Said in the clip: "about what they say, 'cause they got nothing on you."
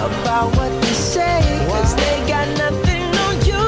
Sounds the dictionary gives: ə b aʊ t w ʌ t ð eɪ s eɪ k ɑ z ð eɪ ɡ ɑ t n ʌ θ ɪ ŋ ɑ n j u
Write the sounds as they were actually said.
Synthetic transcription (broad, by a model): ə b aʊ t w ʌ t ð eɪ s eɪ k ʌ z ð eɪ ɡ ɑ t n ʌ θ ɪ ŋ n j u